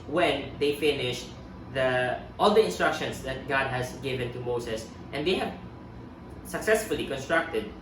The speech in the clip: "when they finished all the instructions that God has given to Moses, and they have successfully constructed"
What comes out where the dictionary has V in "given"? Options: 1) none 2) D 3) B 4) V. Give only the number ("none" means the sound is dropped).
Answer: 4